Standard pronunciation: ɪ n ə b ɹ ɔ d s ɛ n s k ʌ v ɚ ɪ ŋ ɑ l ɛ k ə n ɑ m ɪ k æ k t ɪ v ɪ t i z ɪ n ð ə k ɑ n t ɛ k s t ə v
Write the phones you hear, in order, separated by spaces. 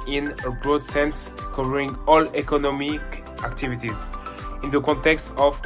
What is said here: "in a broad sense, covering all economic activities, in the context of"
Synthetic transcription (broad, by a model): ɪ n ə b ɹ ɔ d s ɛ n s k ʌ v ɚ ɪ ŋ ɑ l ɛ k ə n ɑ m ɪ k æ k t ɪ v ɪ t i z ɪ n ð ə k ɑ n t ɛ k s t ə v